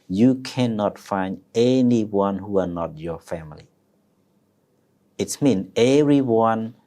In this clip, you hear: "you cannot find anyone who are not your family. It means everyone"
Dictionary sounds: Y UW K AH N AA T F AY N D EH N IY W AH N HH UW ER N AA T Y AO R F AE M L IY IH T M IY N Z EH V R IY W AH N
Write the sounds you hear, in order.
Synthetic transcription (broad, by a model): Y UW K AH N AA T F AY N D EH N IY W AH N HH UW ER N AA T Y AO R F AE M L IY IH T M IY N EH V R IY W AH N